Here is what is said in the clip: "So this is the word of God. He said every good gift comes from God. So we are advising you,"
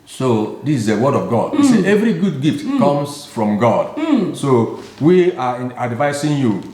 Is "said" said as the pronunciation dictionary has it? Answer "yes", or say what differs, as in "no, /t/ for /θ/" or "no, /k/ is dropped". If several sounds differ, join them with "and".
no, /d/ is dropped